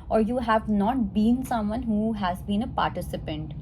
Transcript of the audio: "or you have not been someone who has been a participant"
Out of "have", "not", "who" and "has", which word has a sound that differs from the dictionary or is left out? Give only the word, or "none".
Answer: none